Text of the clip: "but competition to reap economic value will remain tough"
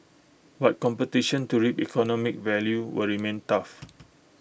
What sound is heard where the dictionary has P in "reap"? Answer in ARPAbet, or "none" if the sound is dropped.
P